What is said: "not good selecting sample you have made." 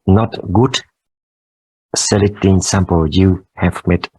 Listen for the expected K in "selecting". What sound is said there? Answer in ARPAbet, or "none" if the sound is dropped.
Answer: none